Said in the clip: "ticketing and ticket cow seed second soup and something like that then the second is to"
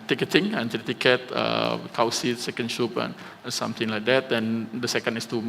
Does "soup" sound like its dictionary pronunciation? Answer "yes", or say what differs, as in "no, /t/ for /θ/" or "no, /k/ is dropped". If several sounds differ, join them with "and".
no, /ʃ/ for /s/